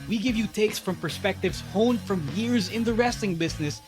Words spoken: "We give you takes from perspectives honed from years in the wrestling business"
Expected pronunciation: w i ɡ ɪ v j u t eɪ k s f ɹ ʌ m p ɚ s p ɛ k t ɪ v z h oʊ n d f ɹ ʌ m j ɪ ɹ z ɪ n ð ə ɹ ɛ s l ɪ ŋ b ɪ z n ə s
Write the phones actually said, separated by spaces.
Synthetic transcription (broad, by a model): w i ɡ ɪ v j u t eɪ k s f ɹ ʌ m p ɚ s p ɛ k t ɪ v z h oʊ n f ɹ ʌ m j ɪ ɹ z ɪ n ð ə ɹ ɛ s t ɪ ŋ b ɪ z n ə s